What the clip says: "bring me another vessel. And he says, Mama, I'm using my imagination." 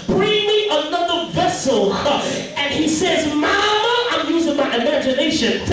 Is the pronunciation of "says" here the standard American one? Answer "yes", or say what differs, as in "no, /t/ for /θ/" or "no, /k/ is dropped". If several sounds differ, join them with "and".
yes